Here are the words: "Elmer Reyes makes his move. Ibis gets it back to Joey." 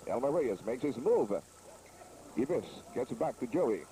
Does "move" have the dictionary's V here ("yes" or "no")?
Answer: yes